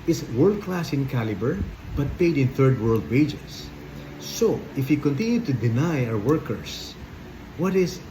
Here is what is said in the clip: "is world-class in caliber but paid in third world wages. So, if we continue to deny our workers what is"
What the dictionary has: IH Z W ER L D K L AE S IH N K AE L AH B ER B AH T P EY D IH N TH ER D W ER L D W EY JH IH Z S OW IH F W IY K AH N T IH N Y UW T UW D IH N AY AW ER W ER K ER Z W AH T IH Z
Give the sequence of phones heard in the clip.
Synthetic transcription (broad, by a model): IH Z W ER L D K L AE S IH N K AE L AH B ER B AH T P EY D IH N TH ER D W ER L D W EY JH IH S OW IH F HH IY K AH N T IH N Y UW T UW D IH N AY AW ER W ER K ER S W AH T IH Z